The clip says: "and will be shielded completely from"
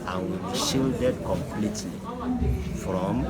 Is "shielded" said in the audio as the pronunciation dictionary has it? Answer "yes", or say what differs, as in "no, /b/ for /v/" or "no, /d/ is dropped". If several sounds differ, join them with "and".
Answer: yes